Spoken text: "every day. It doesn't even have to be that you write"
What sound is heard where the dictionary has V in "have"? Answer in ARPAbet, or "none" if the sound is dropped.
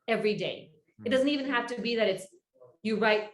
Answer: F